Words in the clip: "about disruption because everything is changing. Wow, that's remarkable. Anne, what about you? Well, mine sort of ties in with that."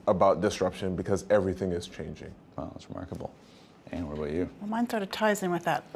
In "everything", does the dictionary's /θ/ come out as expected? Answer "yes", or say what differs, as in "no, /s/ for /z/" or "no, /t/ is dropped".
yes